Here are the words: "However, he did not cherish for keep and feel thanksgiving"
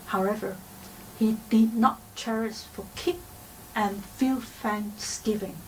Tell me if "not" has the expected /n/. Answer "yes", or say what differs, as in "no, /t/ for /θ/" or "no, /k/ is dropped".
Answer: yes